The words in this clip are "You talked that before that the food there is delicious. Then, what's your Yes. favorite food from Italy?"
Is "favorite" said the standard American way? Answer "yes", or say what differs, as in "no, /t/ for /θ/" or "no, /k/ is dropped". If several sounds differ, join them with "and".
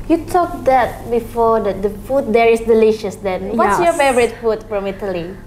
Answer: no, /b/ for /v/